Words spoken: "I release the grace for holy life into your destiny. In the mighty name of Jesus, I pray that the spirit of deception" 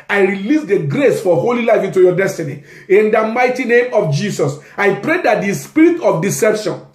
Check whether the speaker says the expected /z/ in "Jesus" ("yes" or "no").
no